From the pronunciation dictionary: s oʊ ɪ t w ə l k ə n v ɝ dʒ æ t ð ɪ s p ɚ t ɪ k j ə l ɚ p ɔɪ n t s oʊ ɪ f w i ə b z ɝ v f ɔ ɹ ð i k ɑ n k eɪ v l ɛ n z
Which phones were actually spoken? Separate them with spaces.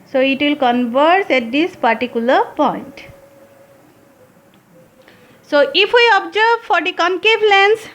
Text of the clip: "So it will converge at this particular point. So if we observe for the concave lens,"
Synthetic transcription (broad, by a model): s oʊ ɪ t w ə l k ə n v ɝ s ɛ t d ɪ s p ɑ t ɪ k j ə l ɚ p ɔɪ n t s oʊ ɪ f w i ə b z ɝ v f ɔ ɹ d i k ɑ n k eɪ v l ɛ n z